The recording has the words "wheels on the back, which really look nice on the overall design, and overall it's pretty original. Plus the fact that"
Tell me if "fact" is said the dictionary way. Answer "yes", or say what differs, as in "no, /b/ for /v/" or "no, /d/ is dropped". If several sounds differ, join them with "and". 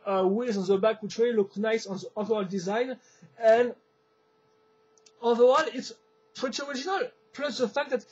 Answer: yes